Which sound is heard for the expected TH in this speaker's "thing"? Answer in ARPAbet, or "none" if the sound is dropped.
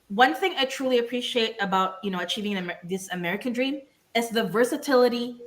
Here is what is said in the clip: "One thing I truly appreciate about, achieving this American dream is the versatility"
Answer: TH